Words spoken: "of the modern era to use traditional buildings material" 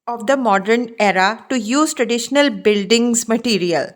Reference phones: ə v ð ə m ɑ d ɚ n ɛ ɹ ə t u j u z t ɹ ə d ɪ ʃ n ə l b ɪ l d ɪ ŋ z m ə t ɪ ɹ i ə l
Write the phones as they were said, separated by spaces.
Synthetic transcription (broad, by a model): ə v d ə m ɑ d ɚ n ɛ ɹ ə t u j u z t ɹ ə d ɪ ʃ n ə l b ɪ l d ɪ ŋ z m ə t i ɹ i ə l